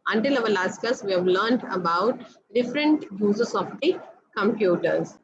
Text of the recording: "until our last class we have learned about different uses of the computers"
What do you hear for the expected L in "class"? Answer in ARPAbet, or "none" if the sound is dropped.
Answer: none